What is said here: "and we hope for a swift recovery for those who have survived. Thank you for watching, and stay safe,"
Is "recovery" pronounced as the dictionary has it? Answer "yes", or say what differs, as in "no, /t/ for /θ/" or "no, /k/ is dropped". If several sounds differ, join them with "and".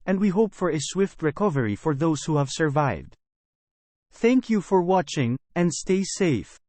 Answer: yes